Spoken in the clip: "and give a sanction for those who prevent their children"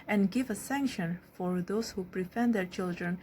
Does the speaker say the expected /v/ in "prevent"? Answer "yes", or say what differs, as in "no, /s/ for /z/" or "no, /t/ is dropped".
no, /f/ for /v/